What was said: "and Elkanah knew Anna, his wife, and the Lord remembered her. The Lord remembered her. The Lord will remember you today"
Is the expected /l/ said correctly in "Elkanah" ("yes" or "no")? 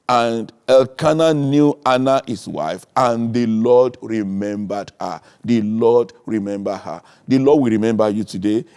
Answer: yes